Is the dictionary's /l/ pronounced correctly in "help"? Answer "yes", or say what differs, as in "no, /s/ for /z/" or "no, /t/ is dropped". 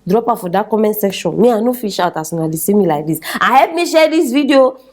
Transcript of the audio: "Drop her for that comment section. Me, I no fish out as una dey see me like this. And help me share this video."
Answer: no, /l/ is dropped